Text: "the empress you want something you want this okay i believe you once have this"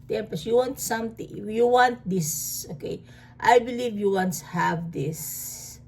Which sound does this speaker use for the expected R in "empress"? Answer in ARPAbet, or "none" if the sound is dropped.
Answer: none